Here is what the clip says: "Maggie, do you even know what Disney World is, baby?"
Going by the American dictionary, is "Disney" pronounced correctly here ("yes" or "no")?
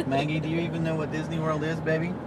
yes